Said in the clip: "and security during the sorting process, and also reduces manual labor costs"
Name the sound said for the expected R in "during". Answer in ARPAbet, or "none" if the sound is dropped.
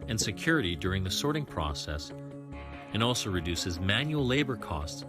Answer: R